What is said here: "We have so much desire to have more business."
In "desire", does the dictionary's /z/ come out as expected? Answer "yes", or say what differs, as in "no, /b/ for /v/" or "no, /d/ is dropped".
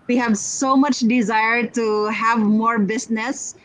yes